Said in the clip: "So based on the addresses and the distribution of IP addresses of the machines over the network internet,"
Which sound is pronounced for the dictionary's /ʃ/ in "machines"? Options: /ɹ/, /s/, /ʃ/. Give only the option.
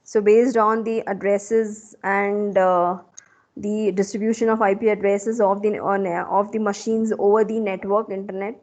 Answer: /ʃ/